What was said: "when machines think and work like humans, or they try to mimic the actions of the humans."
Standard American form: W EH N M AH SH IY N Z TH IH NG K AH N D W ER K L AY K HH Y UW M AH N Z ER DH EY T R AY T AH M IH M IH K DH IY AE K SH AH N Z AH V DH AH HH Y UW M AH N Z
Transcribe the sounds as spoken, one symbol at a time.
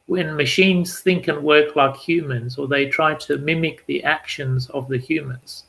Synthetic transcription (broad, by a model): W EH N M AH SH IY N Z TH IH NG K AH N W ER K L AY K HH Y UW M AH N Z ER DH EY T R AY T AH M IH M IH K DH IY AE K SH AH N Z AH V DH AH HH Y UW M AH N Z